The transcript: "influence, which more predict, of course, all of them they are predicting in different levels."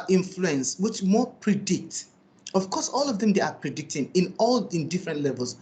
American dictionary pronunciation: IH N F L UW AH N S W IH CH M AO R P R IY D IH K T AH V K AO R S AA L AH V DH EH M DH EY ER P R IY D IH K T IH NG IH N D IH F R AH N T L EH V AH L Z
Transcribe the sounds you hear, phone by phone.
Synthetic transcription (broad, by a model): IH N F L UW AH N S W IH CH M AO P R IY D IH K T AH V K AO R S AA L AH V DH EH M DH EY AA P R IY D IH K T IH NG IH N D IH F R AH N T L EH V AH L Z